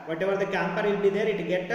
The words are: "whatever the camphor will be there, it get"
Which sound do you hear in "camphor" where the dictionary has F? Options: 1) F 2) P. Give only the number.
2